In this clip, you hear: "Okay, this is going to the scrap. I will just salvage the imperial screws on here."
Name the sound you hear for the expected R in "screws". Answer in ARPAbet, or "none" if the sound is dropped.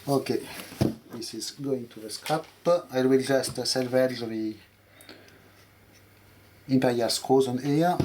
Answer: none